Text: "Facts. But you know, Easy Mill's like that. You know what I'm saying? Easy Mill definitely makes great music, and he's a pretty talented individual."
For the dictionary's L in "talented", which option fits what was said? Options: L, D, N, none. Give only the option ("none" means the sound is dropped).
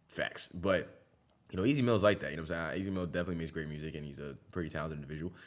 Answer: none